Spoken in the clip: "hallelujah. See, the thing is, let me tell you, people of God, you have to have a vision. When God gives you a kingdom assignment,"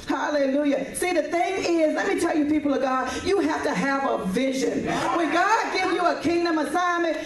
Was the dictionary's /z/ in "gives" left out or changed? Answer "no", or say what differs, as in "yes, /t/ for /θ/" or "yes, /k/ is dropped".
yes, /z/ is dropped